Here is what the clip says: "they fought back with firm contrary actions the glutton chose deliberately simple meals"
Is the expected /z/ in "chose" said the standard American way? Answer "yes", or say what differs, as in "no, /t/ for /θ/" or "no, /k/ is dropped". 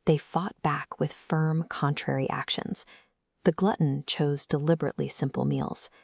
yes